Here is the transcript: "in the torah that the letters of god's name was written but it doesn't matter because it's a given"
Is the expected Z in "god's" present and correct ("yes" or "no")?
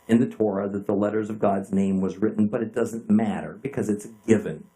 yes